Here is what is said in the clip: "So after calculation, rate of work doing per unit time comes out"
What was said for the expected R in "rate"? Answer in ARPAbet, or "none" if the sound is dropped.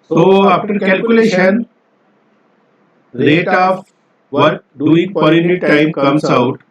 L